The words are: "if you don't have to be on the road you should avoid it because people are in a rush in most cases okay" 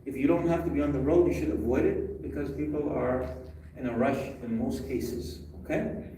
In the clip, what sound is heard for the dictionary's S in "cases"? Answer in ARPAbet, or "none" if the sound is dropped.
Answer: S